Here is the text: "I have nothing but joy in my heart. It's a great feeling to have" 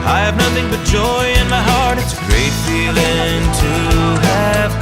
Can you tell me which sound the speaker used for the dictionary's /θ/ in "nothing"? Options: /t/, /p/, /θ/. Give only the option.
/θ/